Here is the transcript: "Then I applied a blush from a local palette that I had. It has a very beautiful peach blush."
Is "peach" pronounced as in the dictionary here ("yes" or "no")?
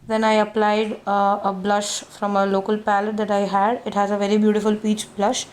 yes